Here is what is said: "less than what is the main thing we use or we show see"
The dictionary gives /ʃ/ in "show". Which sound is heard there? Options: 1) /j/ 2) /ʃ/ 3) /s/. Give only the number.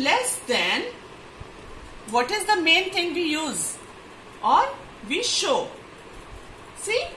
2